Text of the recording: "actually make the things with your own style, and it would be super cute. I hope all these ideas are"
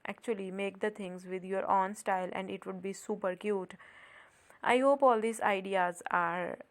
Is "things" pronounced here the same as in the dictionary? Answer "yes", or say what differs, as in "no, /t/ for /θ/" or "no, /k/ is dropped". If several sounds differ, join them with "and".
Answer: no, /t/ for /θ/